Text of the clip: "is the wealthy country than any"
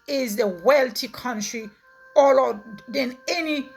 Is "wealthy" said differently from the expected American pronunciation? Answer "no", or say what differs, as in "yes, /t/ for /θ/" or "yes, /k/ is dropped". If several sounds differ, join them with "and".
yes, /t/ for /θ/